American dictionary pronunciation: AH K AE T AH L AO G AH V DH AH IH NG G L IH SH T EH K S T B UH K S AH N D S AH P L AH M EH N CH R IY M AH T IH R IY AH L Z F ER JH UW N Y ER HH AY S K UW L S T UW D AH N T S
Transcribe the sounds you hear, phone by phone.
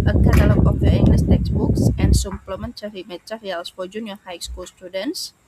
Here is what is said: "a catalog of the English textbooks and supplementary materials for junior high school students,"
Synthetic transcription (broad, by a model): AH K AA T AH L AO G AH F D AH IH NG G L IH S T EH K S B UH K S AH N S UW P L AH M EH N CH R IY M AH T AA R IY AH L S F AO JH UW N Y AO HH AY S K UW L S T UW D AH N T S